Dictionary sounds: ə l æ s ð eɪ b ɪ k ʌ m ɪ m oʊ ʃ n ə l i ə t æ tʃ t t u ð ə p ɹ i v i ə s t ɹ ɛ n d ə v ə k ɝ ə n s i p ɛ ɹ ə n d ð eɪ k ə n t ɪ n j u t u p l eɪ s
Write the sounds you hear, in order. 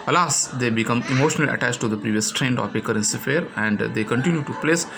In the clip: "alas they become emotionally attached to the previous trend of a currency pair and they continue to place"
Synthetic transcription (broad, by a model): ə l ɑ s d eɪ b ɪ k ʌ m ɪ m oʊ ʃ n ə l i ə t æ tʃ t t u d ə p ɹ i v i ə s t ɹ ɛ n d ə p ə k ɝ ə n s i f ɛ ɹ ə n d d eɪ k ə n t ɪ n j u t u p l eɪ s